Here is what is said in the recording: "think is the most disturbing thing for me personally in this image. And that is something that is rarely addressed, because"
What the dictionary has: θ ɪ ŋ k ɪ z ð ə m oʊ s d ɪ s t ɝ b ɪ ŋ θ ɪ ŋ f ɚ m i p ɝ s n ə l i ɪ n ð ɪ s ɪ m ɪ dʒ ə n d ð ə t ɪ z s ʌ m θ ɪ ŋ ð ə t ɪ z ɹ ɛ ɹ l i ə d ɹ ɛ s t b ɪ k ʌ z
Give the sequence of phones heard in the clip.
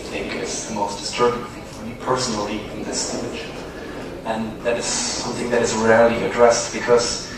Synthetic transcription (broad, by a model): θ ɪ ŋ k ɪ z ð ə m oʊ s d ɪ s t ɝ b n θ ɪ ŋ f ɚ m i p ɝ s n l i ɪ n ð ɪ s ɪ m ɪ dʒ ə n ð ə t ɪ z s ʌ m θ ɪ ŋ ð ə t ɪ z ɹ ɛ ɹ l i ə d ɹ ɛ s t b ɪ k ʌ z